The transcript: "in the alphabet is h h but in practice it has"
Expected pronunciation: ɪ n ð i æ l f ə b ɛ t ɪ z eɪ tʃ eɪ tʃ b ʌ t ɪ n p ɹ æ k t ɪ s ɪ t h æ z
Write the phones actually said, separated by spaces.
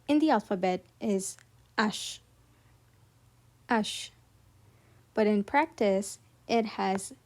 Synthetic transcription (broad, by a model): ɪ n ð i æ l f ə b ɛ t ɪ z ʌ ʃ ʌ ʃ b ʌ t ɪ n p ɹ æ k t ɪ s ɪ t h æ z